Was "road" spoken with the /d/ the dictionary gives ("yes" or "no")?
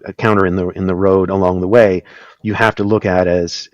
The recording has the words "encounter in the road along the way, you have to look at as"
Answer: yes